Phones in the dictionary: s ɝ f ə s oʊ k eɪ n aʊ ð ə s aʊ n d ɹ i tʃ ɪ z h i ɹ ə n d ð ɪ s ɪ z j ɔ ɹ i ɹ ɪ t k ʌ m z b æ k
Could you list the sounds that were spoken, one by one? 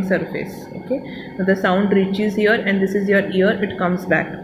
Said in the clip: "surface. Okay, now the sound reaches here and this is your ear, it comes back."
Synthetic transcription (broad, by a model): s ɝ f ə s oʊ k eɪ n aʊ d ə s aʊ n d ɹ i tʃ ɪ z h i ɹ ə n d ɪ s ɪ z j ɔ ɹ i ɹ ɪ t k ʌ m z b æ k